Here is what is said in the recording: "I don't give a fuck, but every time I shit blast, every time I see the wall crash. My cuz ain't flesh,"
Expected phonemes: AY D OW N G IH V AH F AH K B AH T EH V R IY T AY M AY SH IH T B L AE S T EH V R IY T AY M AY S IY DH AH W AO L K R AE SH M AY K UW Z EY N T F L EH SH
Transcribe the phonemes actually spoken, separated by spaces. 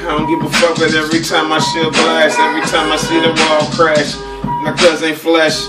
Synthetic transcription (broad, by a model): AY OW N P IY P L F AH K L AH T EH V R IY T AY M AY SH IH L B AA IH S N EH V R IY T AY M AY S IY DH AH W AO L K R AE SH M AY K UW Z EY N F L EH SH